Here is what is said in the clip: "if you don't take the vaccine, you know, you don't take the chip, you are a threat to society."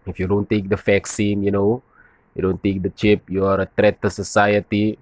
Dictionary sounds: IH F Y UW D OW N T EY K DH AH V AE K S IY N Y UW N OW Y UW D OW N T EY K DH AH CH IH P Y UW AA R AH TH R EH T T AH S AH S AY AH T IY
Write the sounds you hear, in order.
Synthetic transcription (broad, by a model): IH F Y UW D OW N T EY K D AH F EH K S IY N Y UW N OW Y UW D OW N T EY K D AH CH IH P Y UW AA R AH T R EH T T AH S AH S AY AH T IY